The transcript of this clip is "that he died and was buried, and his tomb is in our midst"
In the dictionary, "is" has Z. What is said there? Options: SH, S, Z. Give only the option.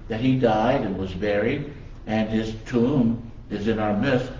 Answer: Z